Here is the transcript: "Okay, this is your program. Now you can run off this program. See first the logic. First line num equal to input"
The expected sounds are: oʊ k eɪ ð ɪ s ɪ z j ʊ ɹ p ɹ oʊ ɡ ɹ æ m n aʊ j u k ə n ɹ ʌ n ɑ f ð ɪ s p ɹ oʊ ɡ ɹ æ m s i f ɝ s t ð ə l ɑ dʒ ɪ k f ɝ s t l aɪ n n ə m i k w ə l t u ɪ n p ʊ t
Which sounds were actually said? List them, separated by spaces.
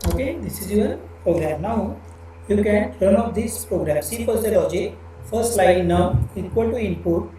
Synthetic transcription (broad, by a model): oʊ k eɪ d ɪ s ɪ z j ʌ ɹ p ɹ oʊ ɡ ɹ æ m n aʊ j u k ə n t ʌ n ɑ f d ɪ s p ɹ oʊ ɡ ɹ æ m s i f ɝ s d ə l ɑ dʒ ɪ k f ɝ s t l aɪ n n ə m i k w ə l t u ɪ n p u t